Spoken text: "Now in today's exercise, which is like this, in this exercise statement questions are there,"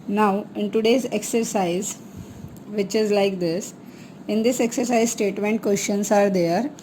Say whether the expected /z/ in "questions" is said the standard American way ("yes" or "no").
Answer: no